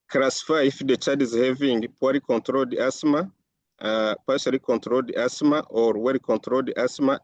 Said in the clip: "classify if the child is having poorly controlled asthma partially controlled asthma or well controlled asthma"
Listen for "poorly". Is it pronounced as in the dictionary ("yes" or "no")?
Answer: no